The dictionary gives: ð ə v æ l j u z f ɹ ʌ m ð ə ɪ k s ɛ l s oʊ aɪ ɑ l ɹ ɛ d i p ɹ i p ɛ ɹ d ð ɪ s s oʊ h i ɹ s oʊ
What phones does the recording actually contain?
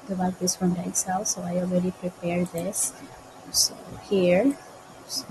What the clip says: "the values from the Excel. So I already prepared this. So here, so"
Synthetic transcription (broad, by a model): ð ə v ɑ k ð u s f ɹ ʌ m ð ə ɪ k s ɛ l s oʊ aɪ ɑ l ɹ ɛ d i p ɹ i p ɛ ɹ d ð ɪ s s oʊ h i ɹ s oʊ